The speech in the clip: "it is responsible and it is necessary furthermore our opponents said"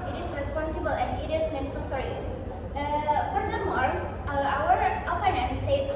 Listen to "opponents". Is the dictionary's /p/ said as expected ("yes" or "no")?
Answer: no